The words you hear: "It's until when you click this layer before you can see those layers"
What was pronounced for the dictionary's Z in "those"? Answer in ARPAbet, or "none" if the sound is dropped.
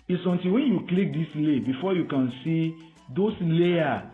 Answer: S